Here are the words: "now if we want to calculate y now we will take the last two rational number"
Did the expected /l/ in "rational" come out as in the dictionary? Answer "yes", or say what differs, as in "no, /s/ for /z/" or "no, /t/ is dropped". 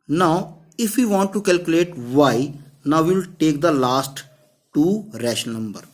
no, /n/ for /l/